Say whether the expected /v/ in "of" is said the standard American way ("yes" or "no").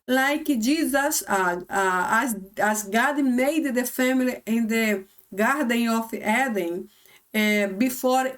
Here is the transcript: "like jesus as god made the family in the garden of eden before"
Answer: no